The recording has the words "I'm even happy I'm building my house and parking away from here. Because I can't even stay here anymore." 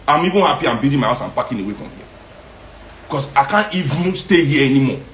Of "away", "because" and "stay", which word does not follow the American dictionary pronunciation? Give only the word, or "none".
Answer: because